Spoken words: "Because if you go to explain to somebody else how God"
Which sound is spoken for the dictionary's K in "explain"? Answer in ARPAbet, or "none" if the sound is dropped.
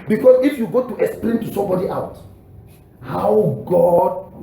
K